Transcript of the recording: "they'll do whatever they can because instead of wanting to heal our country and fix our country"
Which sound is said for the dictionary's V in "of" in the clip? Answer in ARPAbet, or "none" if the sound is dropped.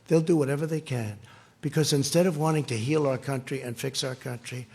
V